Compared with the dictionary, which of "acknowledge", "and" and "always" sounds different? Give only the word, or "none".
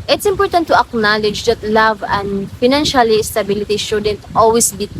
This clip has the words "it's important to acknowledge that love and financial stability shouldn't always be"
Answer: always